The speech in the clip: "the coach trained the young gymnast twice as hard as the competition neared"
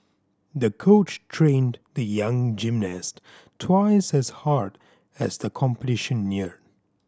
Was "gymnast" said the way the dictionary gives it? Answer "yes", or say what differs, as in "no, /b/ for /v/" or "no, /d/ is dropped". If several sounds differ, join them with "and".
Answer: yes